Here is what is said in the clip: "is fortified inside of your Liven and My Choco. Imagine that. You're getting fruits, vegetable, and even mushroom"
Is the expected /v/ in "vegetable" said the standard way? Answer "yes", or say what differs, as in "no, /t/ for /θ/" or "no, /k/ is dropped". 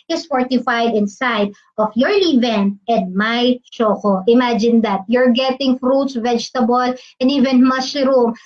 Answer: yes